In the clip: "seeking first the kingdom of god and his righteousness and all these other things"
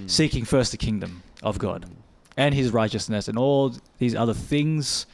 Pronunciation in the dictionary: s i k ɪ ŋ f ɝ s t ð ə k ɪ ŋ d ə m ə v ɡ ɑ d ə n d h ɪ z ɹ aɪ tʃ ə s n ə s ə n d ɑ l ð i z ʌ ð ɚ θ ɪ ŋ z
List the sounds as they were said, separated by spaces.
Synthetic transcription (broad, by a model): s i k ɪ ŋ f ɝ s t ð ə k ɪ ŋ d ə m ə v ɡ ɑ d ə n ɪ z ɹ aɪ tʃ ə s n ə s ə n ɑ l ð i z ʌ ð ɚ θ ɪ ŋ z